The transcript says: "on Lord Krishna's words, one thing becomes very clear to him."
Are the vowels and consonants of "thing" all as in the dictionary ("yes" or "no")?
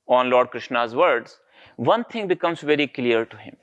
no